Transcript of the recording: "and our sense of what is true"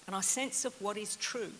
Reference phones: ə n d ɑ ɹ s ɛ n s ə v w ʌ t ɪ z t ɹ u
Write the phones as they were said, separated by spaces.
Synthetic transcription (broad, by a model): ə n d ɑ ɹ s ɛ n s ə v w ʌ t ɪ z t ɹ u